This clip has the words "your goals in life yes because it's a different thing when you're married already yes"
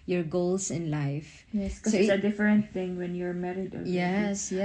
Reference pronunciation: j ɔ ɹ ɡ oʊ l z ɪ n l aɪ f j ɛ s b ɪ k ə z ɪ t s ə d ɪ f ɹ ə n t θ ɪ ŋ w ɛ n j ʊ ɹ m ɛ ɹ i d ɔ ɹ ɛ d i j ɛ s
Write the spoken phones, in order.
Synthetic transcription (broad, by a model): j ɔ ɹ ɡ oʊ l s ɪ n l aɪ f j ɛ s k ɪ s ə ɪ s ə d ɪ f ɹ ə n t θ ɪ ŋ w ɛ n j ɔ ɹ m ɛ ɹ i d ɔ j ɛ s